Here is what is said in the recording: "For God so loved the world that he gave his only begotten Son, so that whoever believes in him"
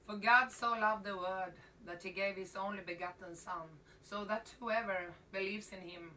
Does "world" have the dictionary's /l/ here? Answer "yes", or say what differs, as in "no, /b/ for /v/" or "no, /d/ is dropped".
no, /l/ is dropped